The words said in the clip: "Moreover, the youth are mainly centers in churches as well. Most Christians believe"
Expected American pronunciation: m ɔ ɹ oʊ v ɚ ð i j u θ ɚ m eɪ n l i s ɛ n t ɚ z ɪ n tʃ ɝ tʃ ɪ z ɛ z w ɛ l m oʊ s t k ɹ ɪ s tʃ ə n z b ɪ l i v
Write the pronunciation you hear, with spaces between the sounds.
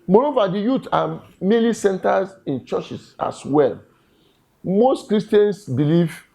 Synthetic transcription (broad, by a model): m ɔ ɹ oʊ v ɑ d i j u t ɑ m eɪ l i s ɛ n t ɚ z ɪ n tʃ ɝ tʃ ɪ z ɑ s w ɛ l m oʊ s t k ɹ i s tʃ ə n s b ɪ l i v